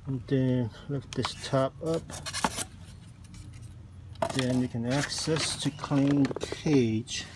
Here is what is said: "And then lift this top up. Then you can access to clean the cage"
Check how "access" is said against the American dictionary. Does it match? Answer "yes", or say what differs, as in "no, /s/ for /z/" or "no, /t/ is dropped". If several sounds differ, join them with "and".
yes